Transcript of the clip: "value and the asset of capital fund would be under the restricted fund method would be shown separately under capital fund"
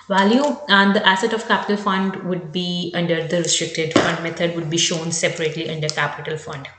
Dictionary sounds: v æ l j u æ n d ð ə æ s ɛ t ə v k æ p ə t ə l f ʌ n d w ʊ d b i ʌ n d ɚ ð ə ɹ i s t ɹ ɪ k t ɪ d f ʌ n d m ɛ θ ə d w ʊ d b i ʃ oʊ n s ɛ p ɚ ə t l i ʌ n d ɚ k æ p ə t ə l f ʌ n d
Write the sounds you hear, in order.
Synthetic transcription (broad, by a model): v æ l j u d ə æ s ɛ t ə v k æ p ə t ə l f ʌ n d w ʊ d b i ʌ n d ɚ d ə ɹ i s t ɹ ɪ k t ɪ d f ʌ n d m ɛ t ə d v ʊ d b i ʃ oʊ n s ɛ p ɚ ə t l i ʌ n d ɚ k æ p ə t ə l f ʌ n d